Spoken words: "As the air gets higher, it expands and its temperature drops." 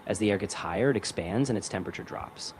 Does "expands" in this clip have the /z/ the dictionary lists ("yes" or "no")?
yes